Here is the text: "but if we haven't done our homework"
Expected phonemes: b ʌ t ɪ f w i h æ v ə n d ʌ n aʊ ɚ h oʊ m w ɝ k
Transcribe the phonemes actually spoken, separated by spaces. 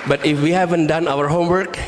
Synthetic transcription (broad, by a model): b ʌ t ɪ f w i h æ v ə n d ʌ n aʊ ɚ h oʊ m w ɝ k